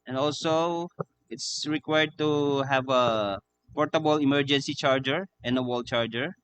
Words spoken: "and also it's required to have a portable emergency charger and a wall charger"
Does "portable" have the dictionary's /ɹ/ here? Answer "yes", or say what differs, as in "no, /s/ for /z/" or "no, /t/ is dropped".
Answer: yes